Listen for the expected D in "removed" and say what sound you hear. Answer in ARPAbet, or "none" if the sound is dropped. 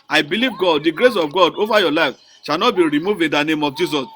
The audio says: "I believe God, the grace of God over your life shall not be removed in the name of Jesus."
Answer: none